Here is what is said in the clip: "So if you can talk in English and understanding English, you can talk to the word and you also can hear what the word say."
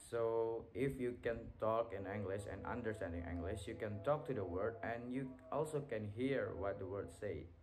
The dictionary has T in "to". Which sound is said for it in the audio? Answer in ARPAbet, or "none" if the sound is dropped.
T